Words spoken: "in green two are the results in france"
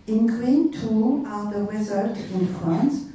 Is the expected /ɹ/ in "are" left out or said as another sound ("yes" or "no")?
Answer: yes